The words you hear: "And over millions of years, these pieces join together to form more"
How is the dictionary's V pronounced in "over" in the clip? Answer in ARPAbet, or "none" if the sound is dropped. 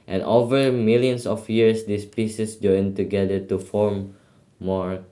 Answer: V